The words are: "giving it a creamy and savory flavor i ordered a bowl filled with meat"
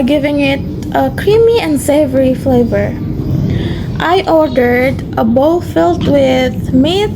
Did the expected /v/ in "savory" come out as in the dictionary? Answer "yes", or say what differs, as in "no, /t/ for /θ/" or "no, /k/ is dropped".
yes